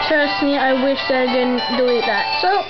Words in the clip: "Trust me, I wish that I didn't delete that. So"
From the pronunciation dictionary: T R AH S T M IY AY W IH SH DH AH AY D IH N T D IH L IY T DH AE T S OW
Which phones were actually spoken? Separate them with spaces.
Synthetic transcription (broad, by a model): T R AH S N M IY AY W IH SH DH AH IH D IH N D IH IH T DH AE T S OW